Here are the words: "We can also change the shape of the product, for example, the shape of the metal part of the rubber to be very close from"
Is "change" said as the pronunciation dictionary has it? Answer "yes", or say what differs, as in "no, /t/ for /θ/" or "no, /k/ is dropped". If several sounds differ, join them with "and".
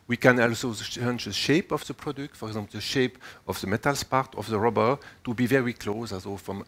no, /tʃ/ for /dʒ/